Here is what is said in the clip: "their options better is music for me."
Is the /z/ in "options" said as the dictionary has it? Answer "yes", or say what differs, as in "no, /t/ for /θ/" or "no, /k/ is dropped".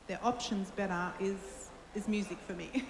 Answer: yes